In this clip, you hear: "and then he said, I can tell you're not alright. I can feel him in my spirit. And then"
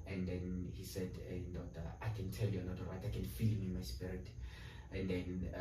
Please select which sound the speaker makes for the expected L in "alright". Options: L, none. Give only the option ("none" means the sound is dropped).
none